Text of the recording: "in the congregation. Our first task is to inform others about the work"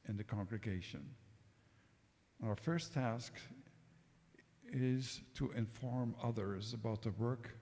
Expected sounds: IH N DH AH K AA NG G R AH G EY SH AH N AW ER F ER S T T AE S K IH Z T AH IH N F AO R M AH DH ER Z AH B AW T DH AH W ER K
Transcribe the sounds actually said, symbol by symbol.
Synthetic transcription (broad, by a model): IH N DH AH K AA NG G R AH G EY SH AH N AW ER F ER S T T AE S K IH Z T AH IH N F AO R M AH DH ER Z AH B AW T DH AH W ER K